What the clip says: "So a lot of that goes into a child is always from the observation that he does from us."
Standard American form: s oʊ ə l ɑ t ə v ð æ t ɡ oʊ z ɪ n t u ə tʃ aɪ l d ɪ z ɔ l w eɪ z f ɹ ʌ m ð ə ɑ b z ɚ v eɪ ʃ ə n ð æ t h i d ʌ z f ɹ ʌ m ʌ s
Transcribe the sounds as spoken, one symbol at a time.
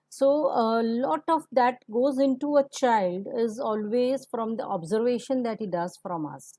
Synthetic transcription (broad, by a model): s oʊ ə l ɑ t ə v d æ t ɡ oʊ z ɪ n t u ə tʃ aɪ l d ɪ z ɔ l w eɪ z f ɹ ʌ m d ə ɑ b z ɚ v eɪ ʃ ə n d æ t h i d ʌ z f ɹ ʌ m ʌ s